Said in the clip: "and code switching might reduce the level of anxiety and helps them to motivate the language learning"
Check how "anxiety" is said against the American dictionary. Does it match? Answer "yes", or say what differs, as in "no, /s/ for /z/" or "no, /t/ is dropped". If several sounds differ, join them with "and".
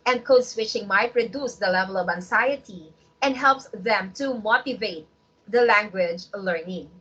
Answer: no, /s/ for /z/